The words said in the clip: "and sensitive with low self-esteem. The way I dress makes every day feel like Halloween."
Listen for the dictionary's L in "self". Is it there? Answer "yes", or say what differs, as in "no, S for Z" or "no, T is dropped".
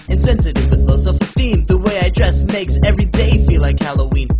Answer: no, L is dropped